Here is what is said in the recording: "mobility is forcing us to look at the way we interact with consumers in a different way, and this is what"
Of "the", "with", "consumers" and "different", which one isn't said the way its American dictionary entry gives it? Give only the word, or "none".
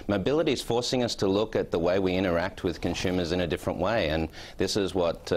none